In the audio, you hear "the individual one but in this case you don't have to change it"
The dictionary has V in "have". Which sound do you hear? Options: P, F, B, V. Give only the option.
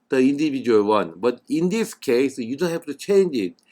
F